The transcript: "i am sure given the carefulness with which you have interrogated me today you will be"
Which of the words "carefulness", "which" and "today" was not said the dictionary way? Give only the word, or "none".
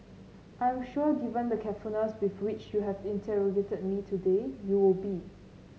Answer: carefulness